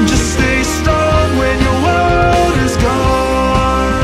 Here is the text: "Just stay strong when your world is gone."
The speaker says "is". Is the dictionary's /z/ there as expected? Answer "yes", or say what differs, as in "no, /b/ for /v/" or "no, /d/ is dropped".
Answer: yes